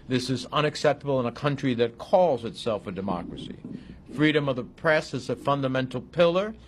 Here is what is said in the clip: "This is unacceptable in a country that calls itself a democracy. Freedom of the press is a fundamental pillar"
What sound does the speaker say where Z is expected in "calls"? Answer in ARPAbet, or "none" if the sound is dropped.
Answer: Z